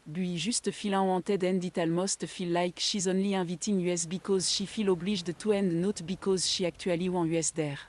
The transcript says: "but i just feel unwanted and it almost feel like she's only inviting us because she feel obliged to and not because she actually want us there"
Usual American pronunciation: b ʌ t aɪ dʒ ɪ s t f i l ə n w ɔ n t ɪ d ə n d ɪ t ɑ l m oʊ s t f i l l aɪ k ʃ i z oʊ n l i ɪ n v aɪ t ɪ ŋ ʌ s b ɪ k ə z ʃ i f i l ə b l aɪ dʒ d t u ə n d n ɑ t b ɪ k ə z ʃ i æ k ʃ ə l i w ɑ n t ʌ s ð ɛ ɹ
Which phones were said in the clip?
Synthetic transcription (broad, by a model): b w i ʒ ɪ s t f i l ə w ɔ t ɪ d ə n d ɪ t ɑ l m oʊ s t f i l l aɪ k ʃ i z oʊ n l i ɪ v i t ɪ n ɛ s b ɪ k ə z ʃ i f i l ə b l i ʒ d t u ə n d n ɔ t b ɪ k ə z ʃ i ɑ k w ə l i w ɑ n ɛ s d ɛ ɹ